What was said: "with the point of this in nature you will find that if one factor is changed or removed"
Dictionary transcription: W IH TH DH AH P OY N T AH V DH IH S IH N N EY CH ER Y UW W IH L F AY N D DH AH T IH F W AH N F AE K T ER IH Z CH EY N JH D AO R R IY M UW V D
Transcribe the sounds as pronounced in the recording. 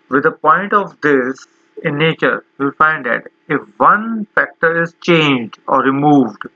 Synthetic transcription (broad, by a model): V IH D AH P OY N T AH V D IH S IH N N EY CH ER Y UW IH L F AY N D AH T IH F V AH N F AE K T ER IH Z CH EY N JH D AO R R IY M UW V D